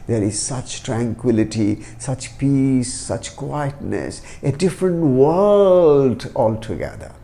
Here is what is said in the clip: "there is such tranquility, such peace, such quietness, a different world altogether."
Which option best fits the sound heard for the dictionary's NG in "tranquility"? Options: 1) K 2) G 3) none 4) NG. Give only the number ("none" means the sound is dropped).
4